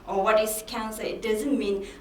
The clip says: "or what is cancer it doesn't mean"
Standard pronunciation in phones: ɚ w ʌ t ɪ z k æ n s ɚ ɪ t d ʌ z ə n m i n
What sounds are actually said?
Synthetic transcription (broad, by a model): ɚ w ʌ t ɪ s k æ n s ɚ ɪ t d ʌ z ə n m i n